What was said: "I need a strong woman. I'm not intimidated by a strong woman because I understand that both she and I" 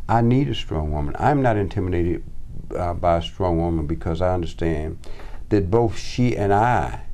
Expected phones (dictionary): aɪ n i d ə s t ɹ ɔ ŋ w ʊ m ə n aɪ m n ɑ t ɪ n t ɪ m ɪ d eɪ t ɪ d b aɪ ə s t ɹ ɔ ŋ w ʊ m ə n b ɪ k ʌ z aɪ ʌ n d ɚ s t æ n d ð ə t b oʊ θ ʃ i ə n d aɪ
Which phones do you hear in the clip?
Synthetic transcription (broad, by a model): aɪ n i d ə s t ɹ ɔ ŋ w ʊ m ə n aɪ m n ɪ t ɪ n t ɪ m ɪ d eɪ t ɪ d b aɪ ə s t ɹ ɔ ŋ w ʊ m ə n b ɪ k ʌ z aɪ ʌ n d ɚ s t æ n ð ə t b oʊ θ ʃ i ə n aɪ